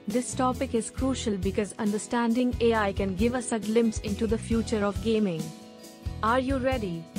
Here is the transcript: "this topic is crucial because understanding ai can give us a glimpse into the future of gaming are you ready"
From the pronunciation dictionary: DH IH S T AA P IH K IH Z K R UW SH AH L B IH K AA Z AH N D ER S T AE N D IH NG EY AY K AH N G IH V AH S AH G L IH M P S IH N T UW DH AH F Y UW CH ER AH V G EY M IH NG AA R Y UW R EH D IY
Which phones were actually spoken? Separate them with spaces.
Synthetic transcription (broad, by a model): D IH S T AA P IH K IH Z K R UW SH AH L B IH K AA Z AH N D ER S T AE N D IH NG EY AY K AH N G IH V AH S AH G L IH M P S IH N T UW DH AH F Y UW CH ER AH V G EY M IH NG AA R Y UW R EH D IY